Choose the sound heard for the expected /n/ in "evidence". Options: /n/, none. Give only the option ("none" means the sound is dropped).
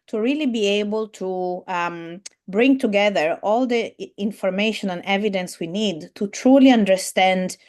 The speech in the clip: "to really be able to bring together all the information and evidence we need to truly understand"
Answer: /n/